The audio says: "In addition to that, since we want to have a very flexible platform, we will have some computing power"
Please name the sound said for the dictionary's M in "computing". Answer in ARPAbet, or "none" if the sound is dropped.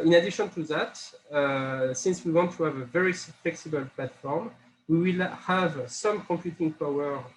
M